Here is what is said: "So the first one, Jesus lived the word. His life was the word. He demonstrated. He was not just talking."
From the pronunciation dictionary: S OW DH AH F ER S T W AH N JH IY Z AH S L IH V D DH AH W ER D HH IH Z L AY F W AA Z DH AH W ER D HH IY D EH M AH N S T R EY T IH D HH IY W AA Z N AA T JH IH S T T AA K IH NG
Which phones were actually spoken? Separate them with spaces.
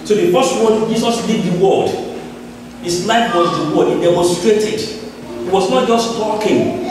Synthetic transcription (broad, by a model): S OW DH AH F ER S T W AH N JH IY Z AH S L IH D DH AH W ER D HH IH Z L AY F W AA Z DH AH W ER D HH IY D EH M AH N S T R EY T IH D HH IY W AA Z N AA T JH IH S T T AA K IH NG